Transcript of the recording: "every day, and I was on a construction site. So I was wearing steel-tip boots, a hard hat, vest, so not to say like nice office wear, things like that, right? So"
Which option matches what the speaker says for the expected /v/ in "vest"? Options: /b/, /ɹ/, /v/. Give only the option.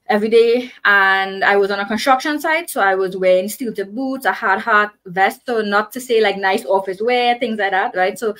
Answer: /v/